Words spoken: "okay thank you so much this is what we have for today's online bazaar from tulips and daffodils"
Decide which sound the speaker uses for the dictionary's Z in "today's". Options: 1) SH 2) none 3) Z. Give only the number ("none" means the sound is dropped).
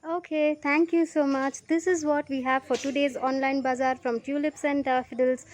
3